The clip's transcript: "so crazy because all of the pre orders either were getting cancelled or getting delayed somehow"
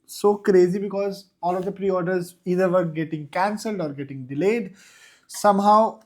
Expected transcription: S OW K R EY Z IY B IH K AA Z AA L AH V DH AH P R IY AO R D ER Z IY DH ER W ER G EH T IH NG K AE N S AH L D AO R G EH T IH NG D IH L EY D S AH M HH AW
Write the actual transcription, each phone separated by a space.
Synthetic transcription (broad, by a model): S OW K R EY Z IY B IH K AA Z AA L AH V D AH P R IY AO R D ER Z IY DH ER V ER G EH T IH NG K AE N S AH L D AO R G EH T IH NG D IH L EY D S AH M HH AW